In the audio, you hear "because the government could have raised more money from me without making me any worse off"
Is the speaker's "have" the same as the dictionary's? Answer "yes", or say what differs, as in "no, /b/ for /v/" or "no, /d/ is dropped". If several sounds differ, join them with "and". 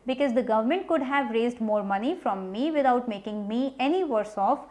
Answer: yes